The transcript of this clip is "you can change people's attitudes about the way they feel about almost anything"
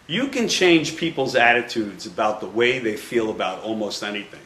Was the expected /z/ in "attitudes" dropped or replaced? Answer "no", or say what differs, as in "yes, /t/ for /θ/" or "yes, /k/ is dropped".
no